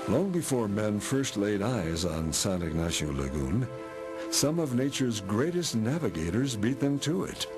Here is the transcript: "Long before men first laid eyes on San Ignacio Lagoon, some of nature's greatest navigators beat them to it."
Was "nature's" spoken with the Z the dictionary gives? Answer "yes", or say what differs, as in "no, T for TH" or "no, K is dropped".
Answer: yes